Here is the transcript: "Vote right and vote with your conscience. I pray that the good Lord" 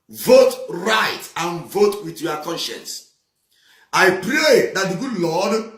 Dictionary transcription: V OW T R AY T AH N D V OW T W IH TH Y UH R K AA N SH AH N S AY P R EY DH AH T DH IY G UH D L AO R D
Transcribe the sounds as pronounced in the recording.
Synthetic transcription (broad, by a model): V OW T R AY T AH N V OW T W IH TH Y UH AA K AA N SH AH N S AY P R EY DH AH T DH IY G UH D L AO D